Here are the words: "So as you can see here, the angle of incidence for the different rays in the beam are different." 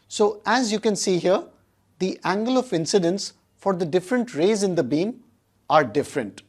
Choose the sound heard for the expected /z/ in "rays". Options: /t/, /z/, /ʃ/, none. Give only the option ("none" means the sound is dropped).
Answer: /z/